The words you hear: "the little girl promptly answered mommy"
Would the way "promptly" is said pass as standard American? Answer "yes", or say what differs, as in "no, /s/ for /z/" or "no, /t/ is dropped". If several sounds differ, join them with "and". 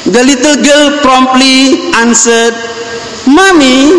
yes